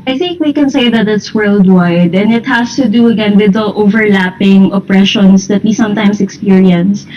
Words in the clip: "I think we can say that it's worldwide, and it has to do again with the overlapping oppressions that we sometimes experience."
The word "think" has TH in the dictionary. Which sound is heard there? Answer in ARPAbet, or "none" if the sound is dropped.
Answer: TH